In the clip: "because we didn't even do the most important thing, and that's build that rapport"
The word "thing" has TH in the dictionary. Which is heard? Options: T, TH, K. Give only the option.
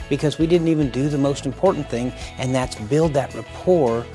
TH